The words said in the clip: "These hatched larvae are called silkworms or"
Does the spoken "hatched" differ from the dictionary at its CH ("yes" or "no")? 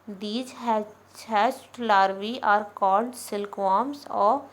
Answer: yes